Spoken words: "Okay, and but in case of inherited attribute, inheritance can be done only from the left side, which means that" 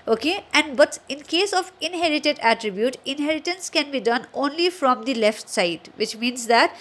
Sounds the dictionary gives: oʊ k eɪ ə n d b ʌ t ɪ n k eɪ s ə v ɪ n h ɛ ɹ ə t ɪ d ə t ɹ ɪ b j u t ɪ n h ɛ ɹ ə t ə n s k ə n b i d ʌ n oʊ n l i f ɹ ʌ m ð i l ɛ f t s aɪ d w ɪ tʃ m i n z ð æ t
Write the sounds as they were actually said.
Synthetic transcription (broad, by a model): oʊ k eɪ ə n d b ʌ t ɪ n k eɪ s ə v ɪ n h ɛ ɹ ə t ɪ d ə t ɹ ɪ b j u t ɪ n h ɛ ɹ ə t ə n s k ə n b i d ʌ n oʊ n l i f ɹ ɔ m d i l ɛ f t s aɪ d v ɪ tʃ m i n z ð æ t